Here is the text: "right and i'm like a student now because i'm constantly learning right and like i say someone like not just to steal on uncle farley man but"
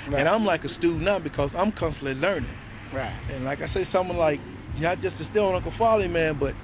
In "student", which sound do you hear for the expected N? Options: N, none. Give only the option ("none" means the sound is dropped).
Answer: none